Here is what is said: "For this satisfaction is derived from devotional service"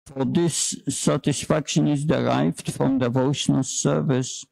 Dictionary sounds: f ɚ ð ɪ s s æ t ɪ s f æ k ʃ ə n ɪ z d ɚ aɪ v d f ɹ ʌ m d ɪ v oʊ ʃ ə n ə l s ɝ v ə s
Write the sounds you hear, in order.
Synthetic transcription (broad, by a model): f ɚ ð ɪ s s æ t ɪ s f æ k ʃ ə n ɪ z d ɚ aɪ v d f ɹ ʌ m d ɪ v oʊ ʃ ə n ə l s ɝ v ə s